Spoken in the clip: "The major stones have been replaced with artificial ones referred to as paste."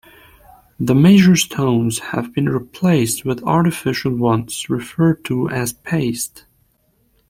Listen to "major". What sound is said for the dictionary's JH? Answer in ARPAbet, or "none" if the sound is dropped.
ZH